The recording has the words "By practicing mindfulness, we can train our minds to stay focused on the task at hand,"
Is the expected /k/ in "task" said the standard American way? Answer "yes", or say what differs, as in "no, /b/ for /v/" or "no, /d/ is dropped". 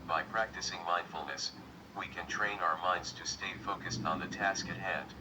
yes